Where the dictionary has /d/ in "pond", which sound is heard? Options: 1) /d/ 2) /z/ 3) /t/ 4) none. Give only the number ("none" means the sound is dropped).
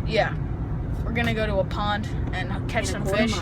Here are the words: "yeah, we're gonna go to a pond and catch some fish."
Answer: 1